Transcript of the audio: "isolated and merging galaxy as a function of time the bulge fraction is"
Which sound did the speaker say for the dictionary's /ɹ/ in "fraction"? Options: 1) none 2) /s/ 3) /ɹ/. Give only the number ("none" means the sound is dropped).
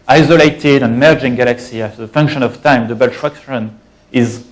1